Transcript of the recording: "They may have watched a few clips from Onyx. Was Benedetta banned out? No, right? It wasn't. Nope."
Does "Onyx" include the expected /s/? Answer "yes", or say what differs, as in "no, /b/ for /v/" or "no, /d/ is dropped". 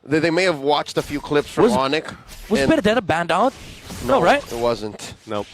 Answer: no, /s/ is dropped